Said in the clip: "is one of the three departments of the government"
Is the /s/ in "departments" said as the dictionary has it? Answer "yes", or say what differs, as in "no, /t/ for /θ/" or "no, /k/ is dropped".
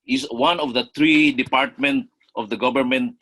no, /s/ is dropped